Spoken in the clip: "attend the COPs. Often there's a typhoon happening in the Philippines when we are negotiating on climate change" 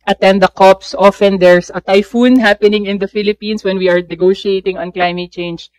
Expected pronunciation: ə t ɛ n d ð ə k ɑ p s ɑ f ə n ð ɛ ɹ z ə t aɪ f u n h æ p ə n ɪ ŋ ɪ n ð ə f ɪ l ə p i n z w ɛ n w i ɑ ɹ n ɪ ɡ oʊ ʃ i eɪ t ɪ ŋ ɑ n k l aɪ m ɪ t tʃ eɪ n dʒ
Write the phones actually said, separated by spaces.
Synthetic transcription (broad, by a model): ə t ɛ n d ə k ɑ p s ɑ f ə n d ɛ ɹ s ə t aɪ f u n h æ p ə n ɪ ŋ ɪ n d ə f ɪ l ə p i n s w ɛ n w i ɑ ɹ n ɪ ɡ oʊ ʃ i eɪ t ɪ ŋ ɑ n k l aɪ m ɪ t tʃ eɪ n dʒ